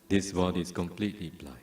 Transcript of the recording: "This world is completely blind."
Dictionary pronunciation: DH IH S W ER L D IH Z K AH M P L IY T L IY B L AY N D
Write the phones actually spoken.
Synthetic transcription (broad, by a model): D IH S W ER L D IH S K AH M P L IY T L IY B L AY